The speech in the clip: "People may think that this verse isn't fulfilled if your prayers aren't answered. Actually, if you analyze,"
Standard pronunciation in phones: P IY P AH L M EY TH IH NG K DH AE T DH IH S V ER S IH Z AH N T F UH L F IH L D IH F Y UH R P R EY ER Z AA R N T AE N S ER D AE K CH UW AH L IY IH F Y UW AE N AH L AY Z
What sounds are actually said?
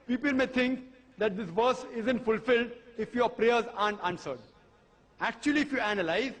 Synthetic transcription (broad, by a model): P IY P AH L M EY T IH NG K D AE T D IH S V ER S IH Z AH N T F UH L F IH L D IH F Y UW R P R EY ER Z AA N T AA N S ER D AE K CH UW AH L IY IH F Y UW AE N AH L AY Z